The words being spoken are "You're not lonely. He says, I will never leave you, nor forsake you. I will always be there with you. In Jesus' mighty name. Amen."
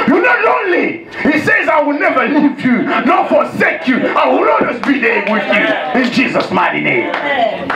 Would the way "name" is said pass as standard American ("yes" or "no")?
no